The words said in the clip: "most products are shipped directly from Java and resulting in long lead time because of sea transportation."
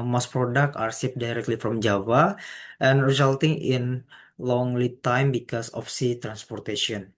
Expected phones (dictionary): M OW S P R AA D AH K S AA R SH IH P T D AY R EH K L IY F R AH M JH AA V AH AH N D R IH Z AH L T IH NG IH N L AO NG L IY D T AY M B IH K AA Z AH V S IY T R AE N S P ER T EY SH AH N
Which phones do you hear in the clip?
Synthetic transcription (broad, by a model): M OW S P R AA D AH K AA R S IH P D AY R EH K L IY F R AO M JH AA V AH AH N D R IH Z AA L T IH NG IH N L AO NG L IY T AY M B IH K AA S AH F S IY T R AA N S P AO T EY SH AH N